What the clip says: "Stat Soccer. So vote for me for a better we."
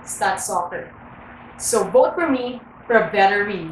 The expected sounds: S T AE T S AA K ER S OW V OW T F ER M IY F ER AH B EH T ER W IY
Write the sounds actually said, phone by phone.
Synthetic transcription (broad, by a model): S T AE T S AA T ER S OW B OW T F ER M IY F ER AH B EH T ER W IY